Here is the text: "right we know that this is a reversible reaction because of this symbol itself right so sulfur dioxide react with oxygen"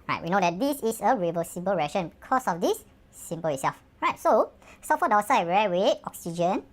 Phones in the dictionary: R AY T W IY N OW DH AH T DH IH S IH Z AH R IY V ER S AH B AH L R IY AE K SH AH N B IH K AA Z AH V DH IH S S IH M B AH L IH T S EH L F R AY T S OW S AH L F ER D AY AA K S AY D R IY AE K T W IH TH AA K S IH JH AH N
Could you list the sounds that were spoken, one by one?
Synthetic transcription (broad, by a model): R AY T W IY N OW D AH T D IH S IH S AH R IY V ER S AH B AH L R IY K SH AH N B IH K AA S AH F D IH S S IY M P AH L IH T S EH L F R AY T S OW S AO F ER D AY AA S AY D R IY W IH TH AA K S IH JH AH N